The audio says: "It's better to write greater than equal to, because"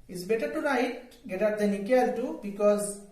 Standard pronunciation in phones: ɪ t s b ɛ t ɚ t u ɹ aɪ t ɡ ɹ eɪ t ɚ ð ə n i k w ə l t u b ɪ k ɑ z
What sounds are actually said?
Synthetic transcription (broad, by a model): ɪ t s b ɛ t ɚ t u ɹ aɪ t ɡ eɪ t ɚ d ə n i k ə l t u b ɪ k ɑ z